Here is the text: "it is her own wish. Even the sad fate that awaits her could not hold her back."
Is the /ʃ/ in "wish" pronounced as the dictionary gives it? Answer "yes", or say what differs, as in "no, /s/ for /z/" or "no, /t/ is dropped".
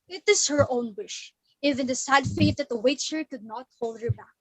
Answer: yes